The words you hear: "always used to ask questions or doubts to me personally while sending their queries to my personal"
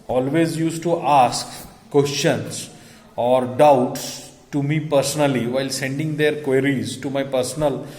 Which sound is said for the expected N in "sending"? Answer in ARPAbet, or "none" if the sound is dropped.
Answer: N